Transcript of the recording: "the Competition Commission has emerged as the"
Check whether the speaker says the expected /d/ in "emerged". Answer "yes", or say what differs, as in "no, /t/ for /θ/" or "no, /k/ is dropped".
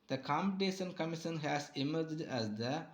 yes